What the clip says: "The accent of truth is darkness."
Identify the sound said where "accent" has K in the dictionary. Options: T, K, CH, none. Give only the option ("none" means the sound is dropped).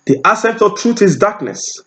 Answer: none